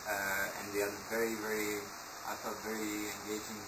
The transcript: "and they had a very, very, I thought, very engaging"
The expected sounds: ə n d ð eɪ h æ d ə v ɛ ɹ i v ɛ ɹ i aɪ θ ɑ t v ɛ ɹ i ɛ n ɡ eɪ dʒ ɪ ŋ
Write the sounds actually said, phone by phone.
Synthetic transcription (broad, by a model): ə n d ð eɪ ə v ɛ ɹ i v ɛ ɹ i aɪ f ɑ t v ɛ ɹ i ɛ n ɡ eɪ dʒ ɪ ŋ